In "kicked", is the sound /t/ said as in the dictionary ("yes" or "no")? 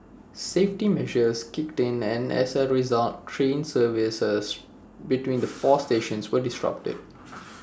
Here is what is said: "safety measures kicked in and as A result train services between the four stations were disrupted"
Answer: yes